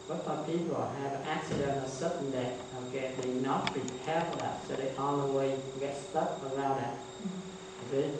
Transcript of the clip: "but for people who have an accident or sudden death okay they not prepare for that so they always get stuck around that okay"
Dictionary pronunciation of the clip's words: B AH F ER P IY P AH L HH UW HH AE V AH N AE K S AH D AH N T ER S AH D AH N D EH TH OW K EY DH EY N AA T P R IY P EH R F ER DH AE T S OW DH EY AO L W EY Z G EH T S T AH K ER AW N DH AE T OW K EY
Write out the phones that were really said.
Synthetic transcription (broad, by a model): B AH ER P IY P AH L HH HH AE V AH N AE K S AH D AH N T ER S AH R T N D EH T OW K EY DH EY N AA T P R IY P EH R F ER DH AE T S OW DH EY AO N W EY G EH T S T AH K ER AW N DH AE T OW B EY